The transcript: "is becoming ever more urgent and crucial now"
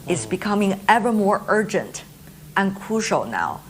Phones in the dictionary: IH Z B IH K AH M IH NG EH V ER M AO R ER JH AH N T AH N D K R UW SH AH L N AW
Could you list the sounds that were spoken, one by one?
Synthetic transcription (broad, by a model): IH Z B IH K AH M IH NG EH V ER M AO R ER JH AH N T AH N K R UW SH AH L N AW